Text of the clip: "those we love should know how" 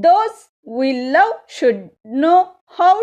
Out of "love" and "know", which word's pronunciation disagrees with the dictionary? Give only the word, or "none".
love